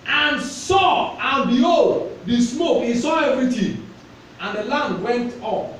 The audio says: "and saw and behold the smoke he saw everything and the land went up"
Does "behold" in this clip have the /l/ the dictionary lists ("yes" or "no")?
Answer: no